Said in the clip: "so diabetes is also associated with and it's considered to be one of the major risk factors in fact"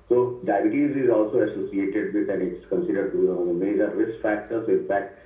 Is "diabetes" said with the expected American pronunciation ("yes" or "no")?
no